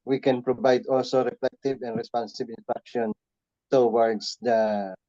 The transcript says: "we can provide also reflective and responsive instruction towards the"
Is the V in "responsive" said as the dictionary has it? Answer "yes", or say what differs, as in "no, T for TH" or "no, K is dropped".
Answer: no, B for V